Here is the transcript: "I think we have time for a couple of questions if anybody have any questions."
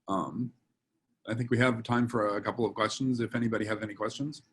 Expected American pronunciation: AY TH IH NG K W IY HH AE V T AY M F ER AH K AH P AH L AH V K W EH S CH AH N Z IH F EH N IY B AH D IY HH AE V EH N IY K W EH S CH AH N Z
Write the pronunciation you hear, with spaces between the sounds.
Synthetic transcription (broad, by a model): AY TH IH NG K W IY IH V T AY M F ER AH K AH P L AH V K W EH S CH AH N Z IH F EH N IY B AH D IY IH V EH N IY K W EH S CH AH N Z